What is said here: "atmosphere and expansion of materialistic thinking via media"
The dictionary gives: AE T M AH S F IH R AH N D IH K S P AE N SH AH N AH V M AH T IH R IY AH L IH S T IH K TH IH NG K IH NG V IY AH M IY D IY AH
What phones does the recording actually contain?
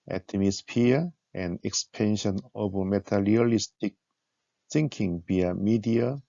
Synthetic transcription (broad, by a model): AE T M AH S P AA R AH N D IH K S P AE N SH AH N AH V M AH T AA L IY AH L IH S T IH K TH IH NG K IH NG B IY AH M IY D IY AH